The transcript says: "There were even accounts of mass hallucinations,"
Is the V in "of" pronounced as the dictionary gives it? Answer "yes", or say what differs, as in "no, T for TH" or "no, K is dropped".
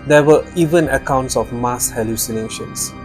no, F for V